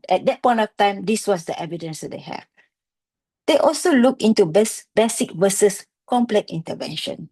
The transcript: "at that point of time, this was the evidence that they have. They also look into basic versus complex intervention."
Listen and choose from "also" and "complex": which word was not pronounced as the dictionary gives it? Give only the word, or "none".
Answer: complex